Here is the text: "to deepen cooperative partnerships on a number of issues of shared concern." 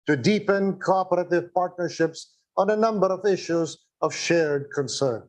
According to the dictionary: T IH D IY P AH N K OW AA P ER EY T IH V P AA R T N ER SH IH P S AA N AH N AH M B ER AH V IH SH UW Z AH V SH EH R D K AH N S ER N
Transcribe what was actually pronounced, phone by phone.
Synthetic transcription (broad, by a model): T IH D IY P AH N K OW AA P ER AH T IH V P AA R T N ER SH IH P S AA N AH N AH M B ER AH V IH SH UW Z AH V SH EH R D K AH N S ER N